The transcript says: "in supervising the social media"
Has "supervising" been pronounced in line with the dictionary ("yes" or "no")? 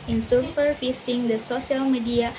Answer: no